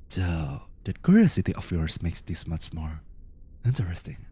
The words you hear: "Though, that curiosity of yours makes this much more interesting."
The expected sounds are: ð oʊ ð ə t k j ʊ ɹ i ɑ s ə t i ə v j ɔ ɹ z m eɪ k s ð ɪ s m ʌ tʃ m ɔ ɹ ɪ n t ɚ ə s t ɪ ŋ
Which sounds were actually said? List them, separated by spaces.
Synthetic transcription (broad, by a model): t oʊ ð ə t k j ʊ ɹ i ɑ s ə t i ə f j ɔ ɹ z m eɪ k s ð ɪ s m ʌ tʃ m ɔ ɹ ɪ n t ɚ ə s t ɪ ŋ